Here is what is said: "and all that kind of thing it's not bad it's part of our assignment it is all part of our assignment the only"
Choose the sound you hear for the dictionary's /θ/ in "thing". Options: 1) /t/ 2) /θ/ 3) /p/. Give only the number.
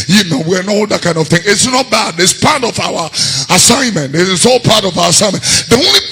2